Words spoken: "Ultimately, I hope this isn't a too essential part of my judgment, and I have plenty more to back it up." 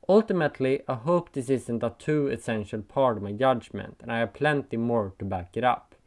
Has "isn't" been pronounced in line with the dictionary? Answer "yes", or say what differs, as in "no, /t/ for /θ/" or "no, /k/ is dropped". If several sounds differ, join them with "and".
no, /s/ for /z/